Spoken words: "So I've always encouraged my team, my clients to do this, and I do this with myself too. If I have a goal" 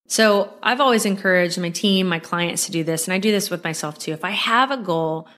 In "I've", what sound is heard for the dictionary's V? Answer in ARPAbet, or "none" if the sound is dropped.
V